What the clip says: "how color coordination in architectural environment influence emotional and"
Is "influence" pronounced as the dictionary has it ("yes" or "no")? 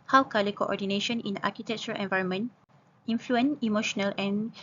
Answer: no